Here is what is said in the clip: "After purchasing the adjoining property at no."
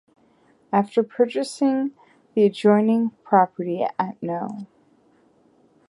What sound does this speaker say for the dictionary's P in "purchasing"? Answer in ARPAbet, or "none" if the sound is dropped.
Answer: P